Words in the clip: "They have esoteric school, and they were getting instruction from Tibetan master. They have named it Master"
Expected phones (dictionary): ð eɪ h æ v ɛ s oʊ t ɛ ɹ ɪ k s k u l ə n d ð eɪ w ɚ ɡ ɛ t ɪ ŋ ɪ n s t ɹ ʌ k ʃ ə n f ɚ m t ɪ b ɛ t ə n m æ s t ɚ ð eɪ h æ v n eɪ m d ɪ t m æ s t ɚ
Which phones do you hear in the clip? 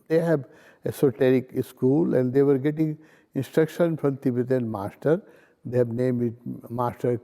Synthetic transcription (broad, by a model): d eɪ h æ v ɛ s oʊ t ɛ ɹ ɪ k s k u l ə n d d eɪ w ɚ ɡ ɛ t ɪ ŋ ɪ n s t ɹ ʌ k ʃ ə n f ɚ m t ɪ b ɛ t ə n m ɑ s t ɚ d eɪ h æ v n eɪ m ɪ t m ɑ s t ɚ